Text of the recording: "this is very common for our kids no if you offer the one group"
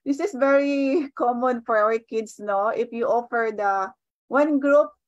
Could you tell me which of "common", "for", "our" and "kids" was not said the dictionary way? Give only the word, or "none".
kids